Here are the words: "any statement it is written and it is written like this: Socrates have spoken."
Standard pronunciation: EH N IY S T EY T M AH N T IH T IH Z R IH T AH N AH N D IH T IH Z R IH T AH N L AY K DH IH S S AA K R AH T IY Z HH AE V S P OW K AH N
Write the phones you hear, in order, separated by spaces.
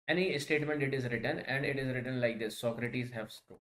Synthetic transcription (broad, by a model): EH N IY S T EY T M AH N T IH T IH Z R IH T AH N AH N D IH T IH Z R IH T AH N L AY K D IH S S AA K R AH T IY Z HH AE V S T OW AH